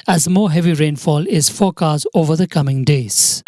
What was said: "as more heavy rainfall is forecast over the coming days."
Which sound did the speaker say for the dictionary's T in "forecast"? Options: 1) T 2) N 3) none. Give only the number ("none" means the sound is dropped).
3